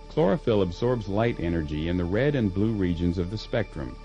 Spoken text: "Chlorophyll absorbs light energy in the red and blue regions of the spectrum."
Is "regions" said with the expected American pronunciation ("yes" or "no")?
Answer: yes